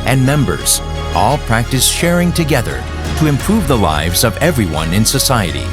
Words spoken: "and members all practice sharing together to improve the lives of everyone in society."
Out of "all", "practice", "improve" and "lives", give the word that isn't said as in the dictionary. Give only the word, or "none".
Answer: none